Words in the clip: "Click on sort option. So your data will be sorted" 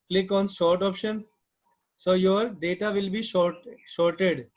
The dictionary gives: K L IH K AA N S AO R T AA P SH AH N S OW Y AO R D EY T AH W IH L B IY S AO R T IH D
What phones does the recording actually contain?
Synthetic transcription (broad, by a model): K L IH K AA N SH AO R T AA P SH AH N S OW Y AO R D EY T AH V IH L B IY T AO R T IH D